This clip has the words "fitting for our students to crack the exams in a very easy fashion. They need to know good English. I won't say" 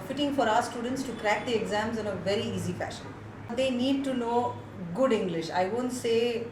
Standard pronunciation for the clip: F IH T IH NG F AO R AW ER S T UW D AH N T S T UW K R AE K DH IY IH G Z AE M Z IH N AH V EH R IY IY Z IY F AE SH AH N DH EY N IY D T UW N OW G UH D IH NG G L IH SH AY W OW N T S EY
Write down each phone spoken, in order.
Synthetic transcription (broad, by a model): F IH T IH NG F AO R AW ER S T UW D AH N T S T UW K R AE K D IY IH G Z AE M Z IH N AH V EH R IY IY Z IY F AE SH AH N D EY N IY D T UW N OW G UH D IH NG G L IH SH AY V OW N T S EY